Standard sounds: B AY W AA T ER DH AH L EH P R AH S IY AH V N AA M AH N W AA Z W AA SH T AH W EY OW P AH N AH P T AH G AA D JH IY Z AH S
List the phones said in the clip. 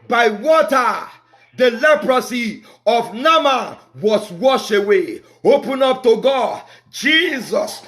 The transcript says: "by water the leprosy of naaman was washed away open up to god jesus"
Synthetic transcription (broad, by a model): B AY W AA T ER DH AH L EH P R AH S IY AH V N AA M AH W AA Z W AA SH AH W EY OW P AH N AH P T AH G AA D JH IY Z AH S